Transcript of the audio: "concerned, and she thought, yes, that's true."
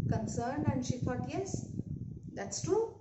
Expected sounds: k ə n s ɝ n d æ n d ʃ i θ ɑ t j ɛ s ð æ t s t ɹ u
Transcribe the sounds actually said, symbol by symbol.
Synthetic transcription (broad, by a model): k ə n s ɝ n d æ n d ʃ i f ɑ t j ɛ s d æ t s t ɹ u